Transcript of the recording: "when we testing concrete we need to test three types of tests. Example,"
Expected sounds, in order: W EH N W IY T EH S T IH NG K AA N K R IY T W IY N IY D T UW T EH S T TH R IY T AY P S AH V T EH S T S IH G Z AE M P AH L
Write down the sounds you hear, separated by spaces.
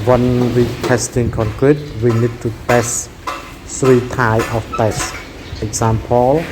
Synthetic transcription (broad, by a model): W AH N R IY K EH S T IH NG K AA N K R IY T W IY N IY D T UW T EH S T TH R IY T AY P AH F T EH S S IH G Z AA M P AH L